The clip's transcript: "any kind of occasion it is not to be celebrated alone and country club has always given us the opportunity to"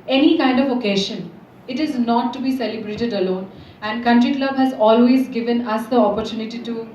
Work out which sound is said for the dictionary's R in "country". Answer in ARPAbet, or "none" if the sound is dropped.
R